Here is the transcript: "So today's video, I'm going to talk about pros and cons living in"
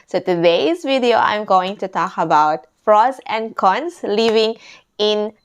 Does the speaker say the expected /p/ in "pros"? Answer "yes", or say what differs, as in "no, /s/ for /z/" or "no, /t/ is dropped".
no, /f/ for /p/